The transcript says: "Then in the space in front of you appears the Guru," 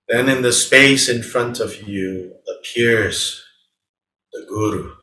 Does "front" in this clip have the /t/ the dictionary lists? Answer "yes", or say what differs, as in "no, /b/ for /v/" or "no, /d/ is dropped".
yes